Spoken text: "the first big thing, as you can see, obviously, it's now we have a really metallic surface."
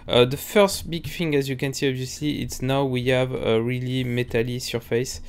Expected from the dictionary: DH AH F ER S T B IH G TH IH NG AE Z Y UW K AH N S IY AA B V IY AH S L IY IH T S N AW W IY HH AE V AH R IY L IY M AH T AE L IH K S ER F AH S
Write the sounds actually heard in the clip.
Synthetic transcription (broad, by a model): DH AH F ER S T B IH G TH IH NG AE Z Y UW K AH N S IY AA B V IY AH S L IY IH T S N AW W IY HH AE V AH R IY L IY M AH T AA L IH S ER F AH S